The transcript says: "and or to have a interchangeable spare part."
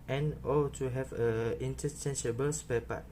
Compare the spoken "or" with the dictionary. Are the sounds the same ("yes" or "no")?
no